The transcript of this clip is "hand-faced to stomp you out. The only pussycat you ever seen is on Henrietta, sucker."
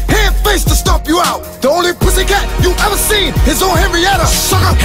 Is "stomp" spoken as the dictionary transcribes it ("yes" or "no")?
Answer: no